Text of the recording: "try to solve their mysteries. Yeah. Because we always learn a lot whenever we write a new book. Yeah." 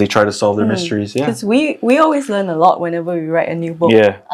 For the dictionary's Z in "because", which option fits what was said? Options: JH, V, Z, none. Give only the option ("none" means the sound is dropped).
none